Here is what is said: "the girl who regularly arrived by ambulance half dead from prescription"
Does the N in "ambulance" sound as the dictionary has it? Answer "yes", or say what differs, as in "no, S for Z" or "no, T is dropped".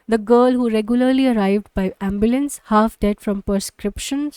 yes